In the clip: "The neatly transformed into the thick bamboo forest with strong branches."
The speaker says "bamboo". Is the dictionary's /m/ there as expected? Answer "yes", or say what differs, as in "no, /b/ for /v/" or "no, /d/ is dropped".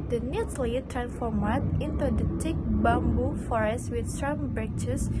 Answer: yes